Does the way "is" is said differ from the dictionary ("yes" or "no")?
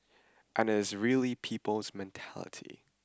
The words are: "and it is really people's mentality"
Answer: no